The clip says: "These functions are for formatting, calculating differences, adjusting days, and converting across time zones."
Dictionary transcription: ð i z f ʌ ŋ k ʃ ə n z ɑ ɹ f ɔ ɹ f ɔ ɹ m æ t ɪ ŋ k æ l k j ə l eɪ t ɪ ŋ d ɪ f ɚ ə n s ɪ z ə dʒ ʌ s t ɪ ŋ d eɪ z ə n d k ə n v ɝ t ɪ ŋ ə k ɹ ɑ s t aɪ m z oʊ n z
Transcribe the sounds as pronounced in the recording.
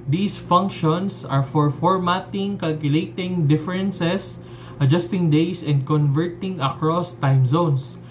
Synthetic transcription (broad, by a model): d i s f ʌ ŋ k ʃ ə n s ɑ ɹ f ɔ ɹ f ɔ ɹ m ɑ t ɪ ŋ k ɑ l k j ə l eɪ t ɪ ŋ d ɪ f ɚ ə n s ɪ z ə dʒ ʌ s t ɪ ŋ d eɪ s ə n d k ə n v ɝ t ɪ ŋ ə k ɹ ɑ s t aɪ m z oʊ n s